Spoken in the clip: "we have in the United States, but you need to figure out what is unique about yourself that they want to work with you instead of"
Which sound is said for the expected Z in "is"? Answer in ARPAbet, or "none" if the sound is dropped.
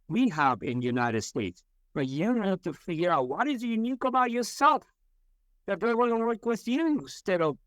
Z